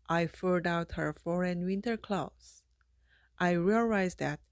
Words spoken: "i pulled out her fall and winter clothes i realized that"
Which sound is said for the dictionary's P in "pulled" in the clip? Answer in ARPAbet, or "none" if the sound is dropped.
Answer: F